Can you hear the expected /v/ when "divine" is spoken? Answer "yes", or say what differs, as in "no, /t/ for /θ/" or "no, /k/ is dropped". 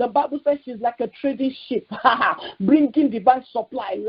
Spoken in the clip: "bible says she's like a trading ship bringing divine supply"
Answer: no, /b/ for /v/